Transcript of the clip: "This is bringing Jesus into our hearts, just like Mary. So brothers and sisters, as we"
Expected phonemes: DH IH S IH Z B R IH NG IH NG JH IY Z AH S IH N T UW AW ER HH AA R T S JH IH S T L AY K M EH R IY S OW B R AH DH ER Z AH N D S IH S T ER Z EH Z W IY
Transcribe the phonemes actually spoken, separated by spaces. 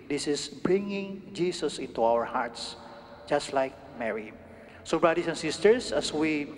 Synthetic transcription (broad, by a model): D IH S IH S B R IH NG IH NG JH IY S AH S IH N T UW AW ER HH AA R T S JH IH S T L AY K M EH R IY S OW B R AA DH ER S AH N S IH S T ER S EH S W IY